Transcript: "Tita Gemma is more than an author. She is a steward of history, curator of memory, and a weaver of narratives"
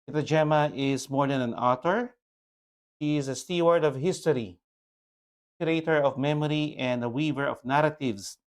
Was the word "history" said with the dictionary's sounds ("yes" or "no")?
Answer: no